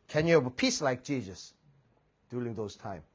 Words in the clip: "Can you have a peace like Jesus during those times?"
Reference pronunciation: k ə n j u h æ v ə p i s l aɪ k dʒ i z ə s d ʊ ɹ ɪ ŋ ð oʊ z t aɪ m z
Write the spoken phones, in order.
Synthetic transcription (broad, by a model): k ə n j u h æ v ə p i s l aɪ k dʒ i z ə s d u l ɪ ŋ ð oʊ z t aɪ m